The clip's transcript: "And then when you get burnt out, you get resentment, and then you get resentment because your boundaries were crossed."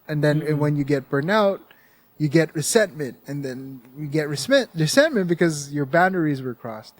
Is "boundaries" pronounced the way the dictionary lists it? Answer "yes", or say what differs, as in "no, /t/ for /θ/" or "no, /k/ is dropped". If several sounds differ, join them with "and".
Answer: yes